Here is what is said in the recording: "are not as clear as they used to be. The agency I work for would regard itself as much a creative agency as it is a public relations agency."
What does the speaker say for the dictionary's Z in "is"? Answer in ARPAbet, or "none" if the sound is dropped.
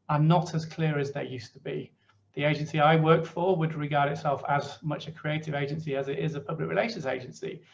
Z